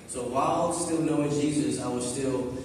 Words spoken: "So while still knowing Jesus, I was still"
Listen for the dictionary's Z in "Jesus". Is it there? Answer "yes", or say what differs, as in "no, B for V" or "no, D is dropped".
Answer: yes